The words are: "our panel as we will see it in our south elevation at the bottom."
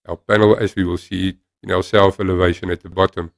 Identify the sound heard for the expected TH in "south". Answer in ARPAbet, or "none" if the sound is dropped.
F